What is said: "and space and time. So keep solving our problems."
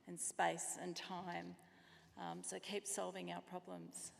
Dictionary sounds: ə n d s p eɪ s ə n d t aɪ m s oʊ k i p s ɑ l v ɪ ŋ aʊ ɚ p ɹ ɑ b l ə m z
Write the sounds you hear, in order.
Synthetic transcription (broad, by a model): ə n s p eɪ s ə n t aɪ m s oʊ k i p s ɑ l v ɪ ŋ aʊ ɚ p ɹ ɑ b l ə m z